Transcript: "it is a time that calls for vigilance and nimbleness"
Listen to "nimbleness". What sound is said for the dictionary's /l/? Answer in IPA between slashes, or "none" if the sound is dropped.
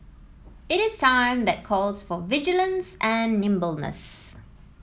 /l/